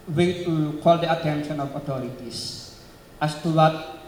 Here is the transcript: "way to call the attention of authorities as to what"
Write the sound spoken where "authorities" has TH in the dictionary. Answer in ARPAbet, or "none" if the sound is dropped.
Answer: T